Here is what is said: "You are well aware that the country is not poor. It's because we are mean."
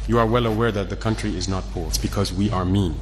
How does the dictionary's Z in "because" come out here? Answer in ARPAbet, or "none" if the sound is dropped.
Z